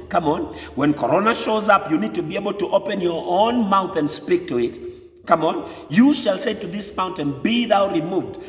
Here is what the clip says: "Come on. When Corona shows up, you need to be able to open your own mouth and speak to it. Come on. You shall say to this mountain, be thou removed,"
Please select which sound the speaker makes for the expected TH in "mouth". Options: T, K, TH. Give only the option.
TH